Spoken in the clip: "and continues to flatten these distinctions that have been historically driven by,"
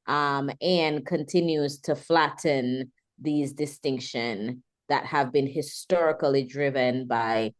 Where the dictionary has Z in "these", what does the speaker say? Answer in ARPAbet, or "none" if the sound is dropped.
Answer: Z